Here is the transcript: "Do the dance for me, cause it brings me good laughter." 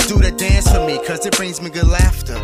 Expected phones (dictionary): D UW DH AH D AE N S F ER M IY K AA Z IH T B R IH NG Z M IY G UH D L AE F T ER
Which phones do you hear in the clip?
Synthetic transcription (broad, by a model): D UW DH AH D AE N S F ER M IY K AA Z IH T B R IH NG Z M IY G UH D L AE F T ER